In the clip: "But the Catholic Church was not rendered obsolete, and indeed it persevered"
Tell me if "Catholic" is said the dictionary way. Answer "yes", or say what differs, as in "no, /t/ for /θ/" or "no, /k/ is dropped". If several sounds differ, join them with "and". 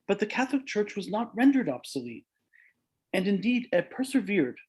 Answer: yes